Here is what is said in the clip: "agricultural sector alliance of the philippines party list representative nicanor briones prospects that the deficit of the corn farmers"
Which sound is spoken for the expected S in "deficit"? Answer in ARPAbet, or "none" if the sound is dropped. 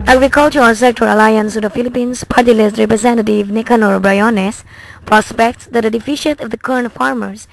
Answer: SH